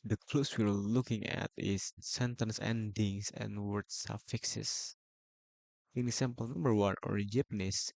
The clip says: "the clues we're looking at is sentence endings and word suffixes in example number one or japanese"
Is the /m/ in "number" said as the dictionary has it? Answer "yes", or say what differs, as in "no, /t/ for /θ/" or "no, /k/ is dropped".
yes